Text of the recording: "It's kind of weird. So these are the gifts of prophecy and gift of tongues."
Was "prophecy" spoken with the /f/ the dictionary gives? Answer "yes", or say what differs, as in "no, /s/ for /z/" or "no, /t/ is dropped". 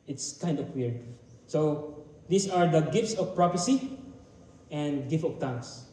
no, /p/ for /f/